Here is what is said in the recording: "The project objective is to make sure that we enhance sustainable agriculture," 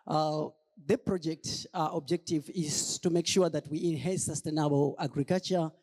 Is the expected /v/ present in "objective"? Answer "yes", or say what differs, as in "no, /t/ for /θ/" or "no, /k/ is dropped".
yes